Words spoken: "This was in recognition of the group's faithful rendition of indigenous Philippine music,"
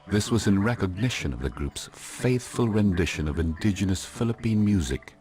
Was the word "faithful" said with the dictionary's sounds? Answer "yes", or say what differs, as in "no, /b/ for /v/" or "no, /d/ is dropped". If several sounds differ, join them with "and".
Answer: yes